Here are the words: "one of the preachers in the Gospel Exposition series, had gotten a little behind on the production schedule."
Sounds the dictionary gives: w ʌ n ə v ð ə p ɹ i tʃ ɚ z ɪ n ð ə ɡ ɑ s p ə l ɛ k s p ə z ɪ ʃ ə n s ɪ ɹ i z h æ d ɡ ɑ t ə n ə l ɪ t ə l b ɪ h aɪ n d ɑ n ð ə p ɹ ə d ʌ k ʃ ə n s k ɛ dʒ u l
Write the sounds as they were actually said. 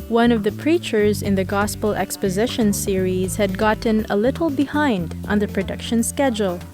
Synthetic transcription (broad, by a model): w ʌ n ə v ð ə p ɹ i tʃ ɚ z ɪ n ð ə ɡ ɑ s p ə l ɛ k s p ə z ɪ ʃ ə n s ɪ ɹ i z h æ d ɡ ɑ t n ə l ɪ t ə l b ɪ h aɪ n d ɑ n ð ə p ɹ ə d ʌ k ʃ ə n s k ɛ dʒ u l